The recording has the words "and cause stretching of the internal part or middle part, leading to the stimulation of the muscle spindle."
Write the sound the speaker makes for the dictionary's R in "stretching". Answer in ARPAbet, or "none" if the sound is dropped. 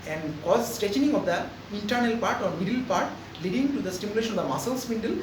none